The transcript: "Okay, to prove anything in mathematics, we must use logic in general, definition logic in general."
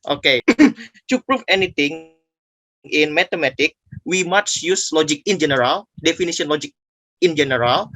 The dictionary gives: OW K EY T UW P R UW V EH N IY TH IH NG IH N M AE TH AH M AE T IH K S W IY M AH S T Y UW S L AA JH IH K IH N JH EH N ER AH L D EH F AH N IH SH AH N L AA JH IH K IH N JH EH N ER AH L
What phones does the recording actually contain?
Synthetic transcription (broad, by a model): OW K EY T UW P R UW F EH N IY T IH NG IH N M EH T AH M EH T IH K W IY M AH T Y UW S L AA JH IH K IH N JH EH N ER AH L D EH F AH N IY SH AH N L AA JH IH K IH N JH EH N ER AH L